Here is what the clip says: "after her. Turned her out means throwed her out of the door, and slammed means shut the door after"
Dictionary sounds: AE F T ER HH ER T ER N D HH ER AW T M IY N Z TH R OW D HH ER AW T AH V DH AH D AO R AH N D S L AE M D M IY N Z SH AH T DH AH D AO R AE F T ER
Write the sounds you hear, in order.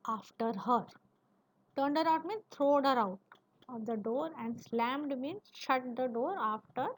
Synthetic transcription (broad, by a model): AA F T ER HH ER T ER N D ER AW T M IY N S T R OW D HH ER AW T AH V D AH D AO R AH N D S L AE M D M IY N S SH AH T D AH D AO R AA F T ER